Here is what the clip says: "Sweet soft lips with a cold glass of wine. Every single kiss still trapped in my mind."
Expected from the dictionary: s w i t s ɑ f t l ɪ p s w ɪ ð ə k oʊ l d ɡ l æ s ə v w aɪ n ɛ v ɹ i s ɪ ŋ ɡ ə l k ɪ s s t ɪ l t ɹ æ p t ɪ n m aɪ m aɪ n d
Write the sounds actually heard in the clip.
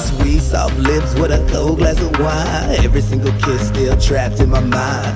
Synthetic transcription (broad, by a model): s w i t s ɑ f l ɪ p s w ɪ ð ə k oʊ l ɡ l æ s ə w aɪ ɛ v ɹ i s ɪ ŋ ɡ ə l k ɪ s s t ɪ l t ɹ æ p t ɪ n m aɪ m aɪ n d